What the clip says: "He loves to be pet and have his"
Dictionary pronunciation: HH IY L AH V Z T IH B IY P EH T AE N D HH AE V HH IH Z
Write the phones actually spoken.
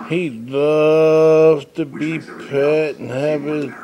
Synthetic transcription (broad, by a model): HH IY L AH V T IH B IY P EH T N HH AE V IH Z